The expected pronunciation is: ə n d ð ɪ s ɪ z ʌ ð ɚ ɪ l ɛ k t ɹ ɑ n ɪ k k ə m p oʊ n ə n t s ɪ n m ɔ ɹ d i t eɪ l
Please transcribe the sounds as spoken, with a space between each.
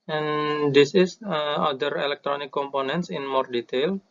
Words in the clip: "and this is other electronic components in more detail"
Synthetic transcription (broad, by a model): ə n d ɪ s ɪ s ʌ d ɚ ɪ l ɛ k t ɹ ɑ n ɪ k k ə m p oʊ n ə n t s ɪ n m ɔ ɹ d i t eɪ l